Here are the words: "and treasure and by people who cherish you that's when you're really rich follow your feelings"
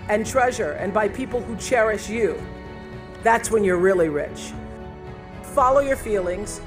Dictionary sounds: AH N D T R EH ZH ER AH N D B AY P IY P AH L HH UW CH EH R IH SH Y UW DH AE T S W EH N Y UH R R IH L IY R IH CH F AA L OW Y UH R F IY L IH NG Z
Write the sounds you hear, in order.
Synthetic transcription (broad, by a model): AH N T R EH ZH ER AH N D B AY P IY P L HH UW CH EH R IH SH Y UW DH AE T S W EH N Y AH R R IH L IY R IH CH F AA L OW Y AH R F IY L IH NG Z